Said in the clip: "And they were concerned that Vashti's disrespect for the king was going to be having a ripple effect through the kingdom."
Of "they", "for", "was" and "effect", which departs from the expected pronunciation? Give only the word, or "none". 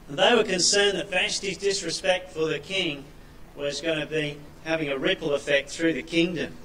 none